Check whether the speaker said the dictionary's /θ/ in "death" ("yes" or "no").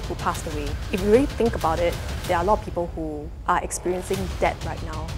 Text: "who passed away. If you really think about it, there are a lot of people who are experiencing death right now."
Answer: no